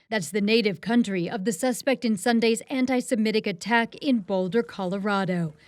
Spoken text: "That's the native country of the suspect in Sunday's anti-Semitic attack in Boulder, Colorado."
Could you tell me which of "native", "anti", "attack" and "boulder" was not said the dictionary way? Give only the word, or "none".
none